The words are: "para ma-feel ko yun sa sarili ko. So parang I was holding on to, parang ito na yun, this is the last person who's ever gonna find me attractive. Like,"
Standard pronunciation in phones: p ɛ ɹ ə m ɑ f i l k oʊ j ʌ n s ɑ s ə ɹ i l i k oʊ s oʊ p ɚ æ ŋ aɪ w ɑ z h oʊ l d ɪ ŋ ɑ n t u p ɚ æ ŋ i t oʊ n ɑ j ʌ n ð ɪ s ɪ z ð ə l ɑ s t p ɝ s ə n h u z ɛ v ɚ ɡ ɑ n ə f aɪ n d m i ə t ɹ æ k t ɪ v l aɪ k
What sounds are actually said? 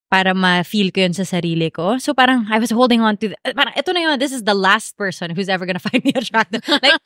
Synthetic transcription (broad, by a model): p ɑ ɹ ə m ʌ f i l k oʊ j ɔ n s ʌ s ə ɹ i l i k oʊ s oʊ p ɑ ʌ ŋ aɪ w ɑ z h oʊ l d ɪ ŋ ɑ n t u p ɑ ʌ ŋ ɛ t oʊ n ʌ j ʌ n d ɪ s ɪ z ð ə l ɑ s t p ɝ s ə n h u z ɛ v ɚ ɡ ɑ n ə f aɪ n d m i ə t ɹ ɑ t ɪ l aɪ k